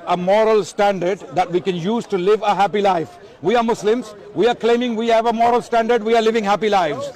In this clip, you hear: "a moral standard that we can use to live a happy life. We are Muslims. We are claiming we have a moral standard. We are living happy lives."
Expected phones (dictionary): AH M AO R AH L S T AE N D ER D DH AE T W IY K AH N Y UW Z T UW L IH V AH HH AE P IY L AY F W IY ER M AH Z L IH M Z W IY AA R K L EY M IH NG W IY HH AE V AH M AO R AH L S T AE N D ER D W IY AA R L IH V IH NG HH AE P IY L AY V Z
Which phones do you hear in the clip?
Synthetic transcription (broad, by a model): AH M AO R AH L S T AE N D ER D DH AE T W IY K AH N Y UW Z T UW L IH V AH HH AE P IY L AY F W IY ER M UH S L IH M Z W IY AA R K L EY M IH NG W IY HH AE V AH M AO R AH L S T AE N D ER D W IY AA R L IH V IH NG HH AE P IY L AY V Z